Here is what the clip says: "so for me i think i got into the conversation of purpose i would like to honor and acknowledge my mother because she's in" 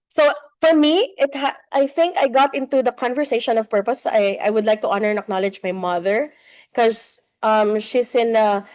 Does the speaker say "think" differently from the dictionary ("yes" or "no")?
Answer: no